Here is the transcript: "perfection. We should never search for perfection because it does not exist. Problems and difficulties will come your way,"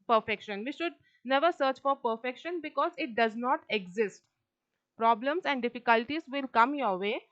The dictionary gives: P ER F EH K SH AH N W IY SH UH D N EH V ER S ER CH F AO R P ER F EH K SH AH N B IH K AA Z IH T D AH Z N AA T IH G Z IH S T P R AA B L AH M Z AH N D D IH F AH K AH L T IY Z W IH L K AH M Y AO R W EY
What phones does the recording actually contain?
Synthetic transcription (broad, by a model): P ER F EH K SH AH N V IY SH UH D N EH V ER S ER CH F AO R P ER F EH K SH AH N B IH K AA Z IH T D AH Z N AA T IH G Z IH S T P R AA B L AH M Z AH N D D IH F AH K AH L T IY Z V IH L K AH M Y AO R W EY